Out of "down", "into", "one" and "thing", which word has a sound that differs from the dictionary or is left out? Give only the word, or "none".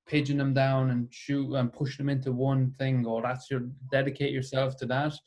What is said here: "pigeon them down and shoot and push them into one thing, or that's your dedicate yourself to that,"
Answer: none